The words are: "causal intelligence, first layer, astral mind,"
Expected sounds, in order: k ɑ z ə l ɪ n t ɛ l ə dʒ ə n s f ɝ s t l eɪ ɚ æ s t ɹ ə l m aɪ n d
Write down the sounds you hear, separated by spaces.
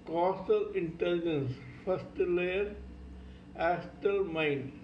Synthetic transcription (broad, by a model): k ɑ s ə l ɪ n t ɛ l ə dʒ ə n s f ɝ s t l eɪ ɚ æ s t ə l m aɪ n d